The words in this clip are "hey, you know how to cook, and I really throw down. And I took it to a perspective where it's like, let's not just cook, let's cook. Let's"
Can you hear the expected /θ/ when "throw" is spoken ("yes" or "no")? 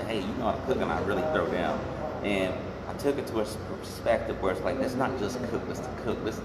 yes